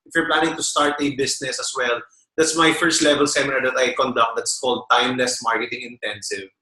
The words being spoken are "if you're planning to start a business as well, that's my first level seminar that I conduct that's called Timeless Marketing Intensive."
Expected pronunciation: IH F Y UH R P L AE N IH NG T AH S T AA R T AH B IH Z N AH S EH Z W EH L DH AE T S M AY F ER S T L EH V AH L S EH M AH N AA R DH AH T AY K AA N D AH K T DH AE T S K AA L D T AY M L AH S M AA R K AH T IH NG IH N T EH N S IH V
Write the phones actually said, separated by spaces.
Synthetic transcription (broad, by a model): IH F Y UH R P L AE N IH NG T AH S T AA R T AH B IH S N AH S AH S W EH L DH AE T S M AY F ER S T L EH V AH L S EH M AH N AA R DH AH T AY K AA N D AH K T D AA T S K AA L D T AY M L AH S M AA R K AH T IH NG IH N T EH N S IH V